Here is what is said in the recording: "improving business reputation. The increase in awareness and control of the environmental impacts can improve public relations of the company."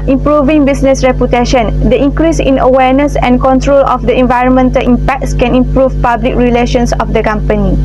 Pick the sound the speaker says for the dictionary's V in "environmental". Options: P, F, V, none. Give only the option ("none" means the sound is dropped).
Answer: V